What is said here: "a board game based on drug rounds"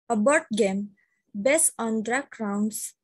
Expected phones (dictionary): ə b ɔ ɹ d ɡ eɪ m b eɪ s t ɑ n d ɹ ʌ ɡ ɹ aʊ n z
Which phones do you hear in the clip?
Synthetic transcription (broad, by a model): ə b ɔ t ɡ eɪ m b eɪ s ɑ n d ɹ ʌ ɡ ɹ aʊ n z